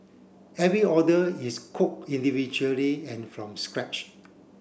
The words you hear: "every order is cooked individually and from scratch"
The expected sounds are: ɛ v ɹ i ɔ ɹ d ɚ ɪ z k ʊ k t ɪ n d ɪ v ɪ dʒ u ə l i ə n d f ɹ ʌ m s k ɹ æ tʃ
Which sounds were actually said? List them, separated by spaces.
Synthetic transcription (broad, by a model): ɛ v ɹ i ɔ d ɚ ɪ s k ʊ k ɪ n d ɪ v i dʒ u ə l i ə n f ɹ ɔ m s k ɹ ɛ tʃ